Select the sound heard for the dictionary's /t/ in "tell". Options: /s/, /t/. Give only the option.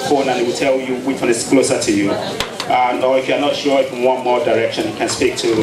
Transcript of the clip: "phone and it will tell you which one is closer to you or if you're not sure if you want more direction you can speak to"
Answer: /t/